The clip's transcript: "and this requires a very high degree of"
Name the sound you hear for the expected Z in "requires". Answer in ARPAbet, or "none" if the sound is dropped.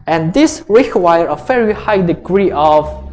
none